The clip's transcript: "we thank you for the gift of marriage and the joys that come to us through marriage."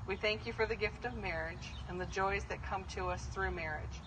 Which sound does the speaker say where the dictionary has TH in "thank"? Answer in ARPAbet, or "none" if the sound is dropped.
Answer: TH